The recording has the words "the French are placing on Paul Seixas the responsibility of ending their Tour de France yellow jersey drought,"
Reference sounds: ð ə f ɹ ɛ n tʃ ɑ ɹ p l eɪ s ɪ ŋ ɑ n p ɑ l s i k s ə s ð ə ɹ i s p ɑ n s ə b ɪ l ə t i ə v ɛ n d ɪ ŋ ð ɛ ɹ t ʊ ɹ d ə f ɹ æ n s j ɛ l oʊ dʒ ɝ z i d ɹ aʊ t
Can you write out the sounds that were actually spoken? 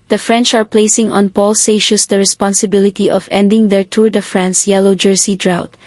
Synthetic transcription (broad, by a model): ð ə f ɹ ɛ n tʃ ɑ ɹ p l eɪ s ɪ ŋ ɑ n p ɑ l s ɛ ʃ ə s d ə ɹ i s p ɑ n s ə b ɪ l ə t i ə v ɛ n d ɪ ŋ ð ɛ ɹ t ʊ ɹ d ə f ɹ æ n s j ɛ l oʊ dʒ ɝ s i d ɹ aʊ t